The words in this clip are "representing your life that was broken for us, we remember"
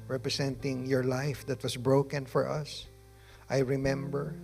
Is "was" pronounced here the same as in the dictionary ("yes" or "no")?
no